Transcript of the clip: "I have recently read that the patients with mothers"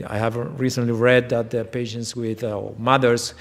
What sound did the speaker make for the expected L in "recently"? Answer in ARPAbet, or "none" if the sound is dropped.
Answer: L